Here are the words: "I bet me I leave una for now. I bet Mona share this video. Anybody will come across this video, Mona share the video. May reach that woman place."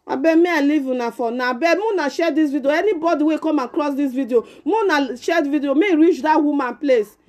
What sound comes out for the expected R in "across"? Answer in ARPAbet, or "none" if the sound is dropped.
L